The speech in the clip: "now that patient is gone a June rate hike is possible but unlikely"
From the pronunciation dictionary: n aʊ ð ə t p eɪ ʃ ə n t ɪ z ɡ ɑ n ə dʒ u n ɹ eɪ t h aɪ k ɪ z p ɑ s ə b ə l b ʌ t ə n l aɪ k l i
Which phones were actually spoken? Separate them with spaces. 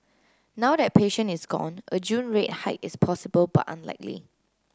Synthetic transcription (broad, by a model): n aʊ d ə t p eɪ ʃ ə n ɪ s ɡ ɑ n ə dʒ u n ɹ eɪ t h aɪ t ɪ s p ɑ s ə b ə l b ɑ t ə n l aɪ k l i